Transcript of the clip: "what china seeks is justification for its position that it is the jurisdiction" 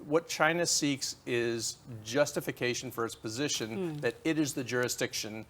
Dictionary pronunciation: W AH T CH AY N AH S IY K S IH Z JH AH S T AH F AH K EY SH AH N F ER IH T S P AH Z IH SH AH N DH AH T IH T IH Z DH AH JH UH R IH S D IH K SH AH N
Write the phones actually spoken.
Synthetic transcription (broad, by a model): W AH T CH AY N AH S IY K S IH Z JH AH S T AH F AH K EY SH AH N F ER IH T S P AH Z IH SH AH N DH AH T IH T IH Z DH AH JH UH R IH S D IH K SH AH N